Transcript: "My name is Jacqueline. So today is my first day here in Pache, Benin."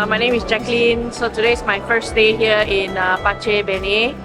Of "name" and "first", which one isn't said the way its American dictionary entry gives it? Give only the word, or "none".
none